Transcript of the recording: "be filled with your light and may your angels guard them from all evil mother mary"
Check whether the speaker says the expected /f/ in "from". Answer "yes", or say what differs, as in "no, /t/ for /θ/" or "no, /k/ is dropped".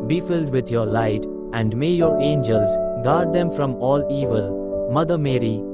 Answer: yes